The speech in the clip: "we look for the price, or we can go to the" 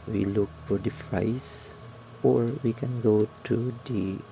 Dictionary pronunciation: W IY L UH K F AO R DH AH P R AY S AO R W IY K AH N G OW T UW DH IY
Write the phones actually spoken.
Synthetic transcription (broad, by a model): W IY L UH K F AO R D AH F R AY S AO R W IY K AH N G OW T UW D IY